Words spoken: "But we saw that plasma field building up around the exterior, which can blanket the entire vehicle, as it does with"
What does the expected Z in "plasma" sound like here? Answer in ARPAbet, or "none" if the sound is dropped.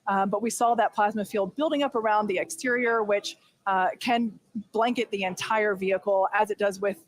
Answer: Z